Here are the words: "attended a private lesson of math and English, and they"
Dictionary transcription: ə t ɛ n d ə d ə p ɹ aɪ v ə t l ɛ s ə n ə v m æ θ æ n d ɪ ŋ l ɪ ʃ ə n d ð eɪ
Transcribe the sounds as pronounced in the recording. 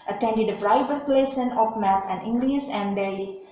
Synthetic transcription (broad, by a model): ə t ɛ n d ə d ə f ɹ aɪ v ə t l ɛ s ə n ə p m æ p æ n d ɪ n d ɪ s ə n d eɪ